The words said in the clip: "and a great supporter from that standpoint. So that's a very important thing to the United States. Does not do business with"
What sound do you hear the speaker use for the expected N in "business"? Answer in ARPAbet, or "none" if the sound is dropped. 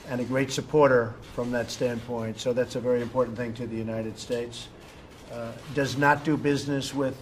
N